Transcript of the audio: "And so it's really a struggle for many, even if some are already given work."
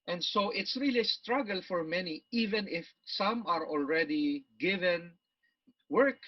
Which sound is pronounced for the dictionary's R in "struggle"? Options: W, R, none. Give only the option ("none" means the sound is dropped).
R